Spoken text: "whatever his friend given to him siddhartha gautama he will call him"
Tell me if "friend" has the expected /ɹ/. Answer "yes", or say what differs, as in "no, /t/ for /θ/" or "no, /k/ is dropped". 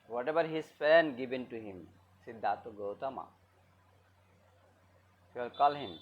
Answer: no, /ɹ/ is dropped